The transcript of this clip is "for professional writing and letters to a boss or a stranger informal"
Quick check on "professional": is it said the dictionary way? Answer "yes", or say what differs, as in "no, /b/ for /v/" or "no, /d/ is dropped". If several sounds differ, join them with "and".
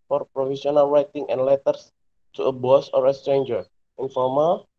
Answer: no, /s/ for /ʃ/